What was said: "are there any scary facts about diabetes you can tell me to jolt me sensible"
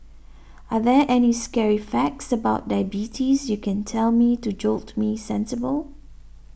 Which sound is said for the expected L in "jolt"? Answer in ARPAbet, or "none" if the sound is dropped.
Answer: L